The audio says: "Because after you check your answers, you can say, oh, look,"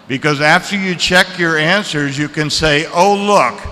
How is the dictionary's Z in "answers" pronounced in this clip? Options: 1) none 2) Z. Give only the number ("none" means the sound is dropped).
2